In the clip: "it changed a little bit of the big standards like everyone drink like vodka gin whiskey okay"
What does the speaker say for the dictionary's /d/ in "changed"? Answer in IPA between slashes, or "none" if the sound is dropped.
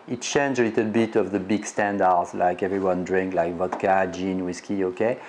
none